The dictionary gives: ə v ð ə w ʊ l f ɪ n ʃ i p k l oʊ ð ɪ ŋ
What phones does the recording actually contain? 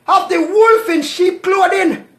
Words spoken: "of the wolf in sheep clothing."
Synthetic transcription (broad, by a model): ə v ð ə w ʊ l f ɪ n ʃ i p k l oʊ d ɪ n